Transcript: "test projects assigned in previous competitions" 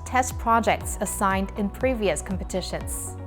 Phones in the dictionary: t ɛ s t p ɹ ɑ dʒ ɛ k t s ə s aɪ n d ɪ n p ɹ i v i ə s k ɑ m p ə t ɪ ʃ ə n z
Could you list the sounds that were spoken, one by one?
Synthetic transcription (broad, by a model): t ɛ s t p ɹ ɑ dʒ ɛ k t s ə s aɪ n d ɪ n p ɹ i v i ə s k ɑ m p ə t ɪ ʃ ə n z